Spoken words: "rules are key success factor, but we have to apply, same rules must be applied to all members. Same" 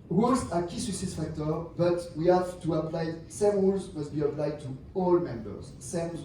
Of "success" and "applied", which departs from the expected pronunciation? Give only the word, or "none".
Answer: success